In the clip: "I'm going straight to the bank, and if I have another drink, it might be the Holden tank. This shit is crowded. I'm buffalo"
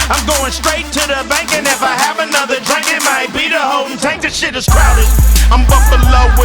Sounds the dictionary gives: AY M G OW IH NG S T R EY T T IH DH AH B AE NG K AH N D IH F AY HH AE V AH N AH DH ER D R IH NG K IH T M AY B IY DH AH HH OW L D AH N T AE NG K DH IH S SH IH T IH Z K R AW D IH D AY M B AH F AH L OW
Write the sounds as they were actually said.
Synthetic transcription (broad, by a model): AY M G OW IH NG S T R EY T T IH DH AH B AE NG K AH N IH F AY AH V AH N AH DH ER D R IH NG K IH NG M AY B IY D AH HH OW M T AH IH K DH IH SH IH T IH Z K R AW D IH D AY M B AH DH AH L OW